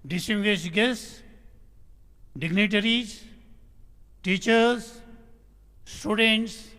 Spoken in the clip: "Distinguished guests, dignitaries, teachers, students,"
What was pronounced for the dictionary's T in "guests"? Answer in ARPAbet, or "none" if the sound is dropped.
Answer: S